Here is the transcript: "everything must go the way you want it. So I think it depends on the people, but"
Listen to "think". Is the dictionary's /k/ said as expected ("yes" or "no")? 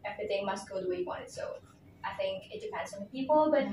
yes